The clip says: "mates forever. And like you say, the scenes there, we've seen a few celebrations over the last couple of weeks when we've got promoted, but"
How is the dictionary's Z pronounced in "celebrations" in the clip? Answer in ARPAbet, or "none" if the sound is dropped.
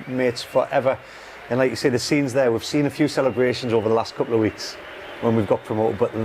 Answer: Z